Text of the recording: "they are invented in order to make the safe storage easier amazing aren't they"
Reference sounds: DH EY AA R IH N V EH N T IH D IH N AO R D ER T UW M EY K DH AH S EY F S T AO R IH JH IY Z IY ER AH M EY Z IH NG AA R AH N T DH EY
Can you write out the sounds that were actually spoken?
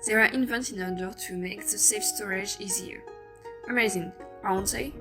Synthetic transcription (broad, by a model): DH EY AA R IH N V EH N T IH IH N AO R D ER T UW M EY K DH AH S EY F S T AO R IH JH IY Z IY ER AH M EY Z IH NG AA AH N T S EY